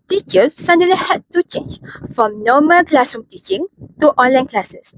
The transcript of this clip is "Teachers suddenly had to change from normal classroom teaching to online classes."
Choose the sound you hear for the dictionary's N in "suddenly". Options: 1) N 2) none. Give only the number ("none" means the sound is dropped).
2